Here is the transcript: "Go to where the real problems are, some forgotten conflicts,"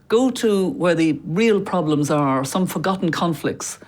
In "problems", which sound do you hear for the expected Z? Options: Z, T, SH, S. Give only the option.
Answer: Z